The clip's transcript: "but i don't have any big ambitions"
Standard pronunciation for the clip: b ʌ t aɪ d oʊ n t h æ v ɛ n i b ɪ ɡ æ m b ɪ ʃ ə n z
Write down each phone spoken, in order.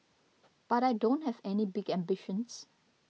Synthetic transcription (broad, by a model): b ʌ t aɪ d oʊ n t h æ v ɛ n i b ɪ ɡ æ m b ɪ ʃ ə n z